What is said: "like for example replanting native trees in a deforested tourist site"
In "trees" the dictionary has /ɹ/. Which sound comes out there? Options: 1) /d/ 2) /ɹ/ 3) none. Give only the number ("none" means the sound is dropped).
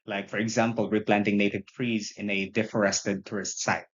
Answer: 2